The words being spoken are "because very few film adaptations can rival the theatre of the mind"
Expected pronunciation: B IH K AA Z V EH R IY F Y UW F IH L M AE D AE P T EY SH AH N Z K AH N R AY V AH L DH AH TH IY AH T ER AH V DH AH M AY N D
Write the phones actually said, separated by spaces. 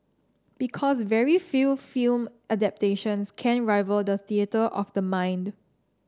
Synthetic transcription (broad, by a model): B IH K AA S V EH R IY F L F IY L M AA D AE P T EY SH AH N S K AH N R AY V AH L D AH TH IY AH T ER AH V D AH M AY N D